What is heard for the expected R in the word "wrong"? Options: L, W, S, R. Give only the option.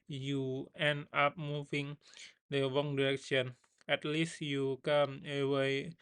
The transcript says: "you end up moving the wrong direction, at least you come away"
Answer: W